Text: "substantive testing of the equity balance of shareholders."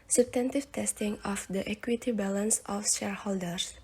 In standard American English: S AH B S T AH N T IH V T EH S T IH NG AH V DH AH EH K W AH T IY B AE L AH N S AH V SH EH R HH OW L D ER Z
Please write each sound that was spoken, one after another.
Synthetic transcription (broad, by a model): S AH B S T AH N T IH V T EH S T IH NG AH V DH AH EH K W AH T IY B AE L AH N S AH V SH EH R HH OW L D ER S